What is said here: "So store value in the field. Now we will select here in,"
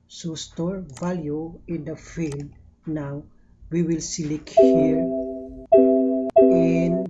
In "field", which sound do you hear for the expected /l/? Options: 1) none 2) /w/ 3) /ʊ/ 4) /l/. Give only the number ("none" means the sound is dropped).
4